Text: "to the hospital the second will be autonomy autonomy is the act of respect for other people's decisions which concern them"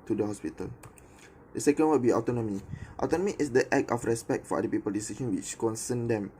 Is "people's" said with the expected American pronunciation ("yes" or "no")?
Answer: no